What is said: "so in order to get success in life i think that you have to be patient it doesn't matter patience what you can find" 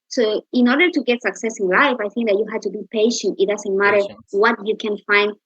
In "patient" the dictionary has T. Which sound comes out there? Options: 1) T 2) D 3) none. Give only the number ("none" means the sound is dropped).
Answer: 1